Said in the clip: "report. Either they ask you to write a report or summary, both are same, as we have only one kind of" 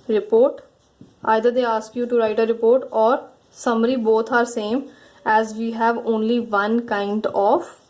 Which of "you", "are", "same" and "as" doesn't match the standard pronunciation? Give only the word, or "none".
none